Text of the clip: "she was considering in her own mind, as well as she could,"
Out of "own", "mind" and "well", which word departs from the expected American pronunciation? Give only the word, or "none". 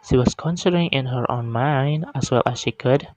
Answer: none